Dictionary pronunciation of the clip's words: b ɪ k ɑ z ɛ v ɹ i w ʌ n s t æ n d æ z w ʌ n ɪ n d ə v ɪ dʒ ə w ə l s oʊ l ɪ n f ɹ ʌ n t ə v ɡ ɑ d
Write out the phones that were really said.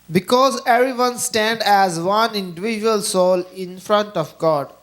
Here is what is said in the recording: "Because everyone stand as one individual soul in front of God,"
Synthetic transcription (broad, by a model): b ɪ k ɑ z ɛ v ɹ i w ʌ n s t æ n d æ z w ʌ n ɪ n d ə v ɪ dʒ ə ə l s oʊ l ɪ n f ɹ ʌ n t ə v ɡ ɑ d